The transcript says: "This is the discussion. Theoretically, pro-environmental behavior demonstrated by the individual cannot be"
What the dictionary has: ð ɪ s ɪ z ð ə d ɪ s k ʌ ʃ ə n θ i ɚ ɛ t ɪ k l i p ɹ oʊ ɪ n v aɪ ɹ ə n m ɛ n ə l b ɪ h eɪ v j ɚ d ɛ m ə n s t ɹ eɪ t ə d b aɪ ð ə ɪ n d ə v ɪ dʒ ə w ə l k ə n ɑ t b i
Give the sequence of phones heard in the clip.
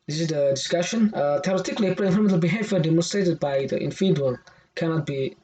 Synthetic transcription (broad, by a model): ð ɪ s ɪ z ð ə d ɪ s k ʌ ʃ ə n t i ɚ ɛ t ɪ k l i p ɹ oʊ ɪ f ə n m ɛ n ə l b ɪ h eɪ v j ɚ d ɛ m ə n s t ɹ eɪ t ə d b aɪ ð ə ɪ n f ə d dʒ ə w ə l k ə n ɑ t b i